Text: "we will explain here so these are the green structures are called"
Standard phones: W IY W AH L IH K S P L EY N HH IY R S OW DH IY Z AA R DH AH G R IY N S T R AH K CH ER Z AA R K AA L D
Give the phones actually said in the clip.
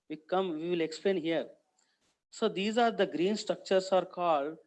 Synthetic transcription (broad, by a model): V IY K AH L IH K S P L EY N HH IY R S OW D IY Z AA R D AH G R IY N S T R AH K CH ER S AA R K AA L D